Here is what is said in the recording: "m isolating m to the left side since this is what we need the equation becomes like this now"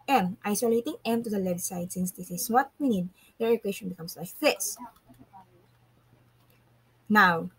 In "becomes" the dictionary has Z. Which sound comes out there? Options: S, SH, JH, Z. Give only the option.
S